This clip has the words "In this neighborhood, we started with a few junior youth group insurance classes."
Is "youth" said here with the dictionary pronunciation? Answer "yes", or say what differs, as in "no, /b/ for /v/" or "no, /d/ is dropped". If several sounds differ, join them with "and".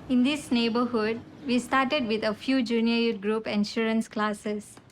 no, /t/ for /θ/